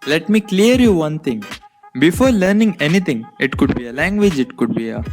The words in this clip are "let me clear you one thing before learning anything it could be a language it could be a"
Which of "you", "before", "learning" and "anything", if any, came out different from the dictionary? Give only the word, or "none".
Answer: anything